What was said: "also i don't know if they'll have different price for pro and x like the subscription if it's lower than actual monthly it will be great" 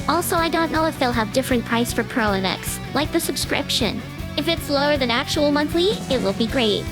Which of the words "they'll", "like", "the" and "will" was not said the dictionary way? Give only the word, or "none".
none